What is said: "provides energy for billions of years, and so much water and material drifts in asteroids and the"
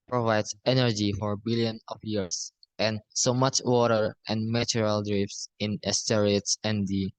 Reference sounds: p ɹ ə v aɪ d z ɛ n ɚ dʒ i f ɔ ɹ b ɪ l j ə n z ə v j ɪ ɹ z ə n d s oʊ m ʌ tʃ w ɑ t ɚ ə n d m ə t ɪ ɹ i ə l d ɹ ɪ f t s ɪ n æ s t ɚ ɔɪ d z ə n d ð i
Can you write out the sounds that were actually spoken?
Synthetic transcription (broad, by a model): p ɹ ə v aɪ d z ɛ n ɚ dʒ i f ɔ ɹ b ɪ l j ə n ə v j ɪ ɹ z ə n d s oʊ m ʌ tʃ w ɑ t ɚ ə n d m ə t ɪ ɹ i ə l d ɹ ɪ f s ɪ n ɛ s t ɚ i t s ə n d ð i